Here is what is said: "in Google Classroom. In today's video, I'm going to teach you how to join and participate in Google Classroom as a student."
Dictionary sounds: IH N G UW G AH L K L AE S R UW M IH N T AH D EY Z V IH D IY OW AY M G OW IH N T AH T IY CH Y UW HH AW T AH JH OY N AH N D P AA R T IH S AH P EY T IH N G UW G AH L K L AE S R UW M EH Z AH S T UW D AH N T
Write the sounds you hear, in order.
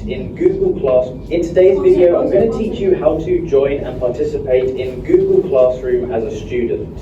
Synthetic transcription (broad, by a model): IH N G UW G AH L K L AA S IH N T AH D EY Z V IH D IY OW AY M G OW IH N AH T IY CH Y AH HH AW T AH JH OY N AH N P AA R T IH S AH P EY T IH N G UW G AH L K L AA S R UW M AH Z AH S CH UW D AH N T